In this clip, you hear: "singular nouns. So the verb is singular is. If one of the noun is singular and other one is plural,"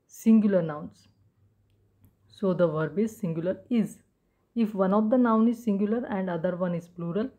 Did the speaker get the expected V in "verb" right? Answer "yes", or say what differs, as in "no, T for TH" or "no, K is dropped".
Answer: yes